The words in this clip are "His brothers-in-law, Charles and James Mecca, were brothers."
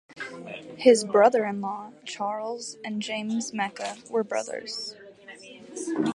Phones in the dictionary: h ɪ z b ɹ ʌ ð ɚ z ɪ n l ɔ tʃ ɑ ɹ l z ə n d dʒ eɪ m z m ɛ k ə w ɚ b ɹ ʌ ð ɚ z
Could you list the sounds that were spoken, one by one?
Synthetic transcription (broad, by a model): h ɪ z b ɹ ʌ ð ɚ ɪ n l ɔ tʃ ɑ ɹ l z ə n dʒ eɪ m z m ɛ k ə w ɚ b ɹ ʌ ð ɚ z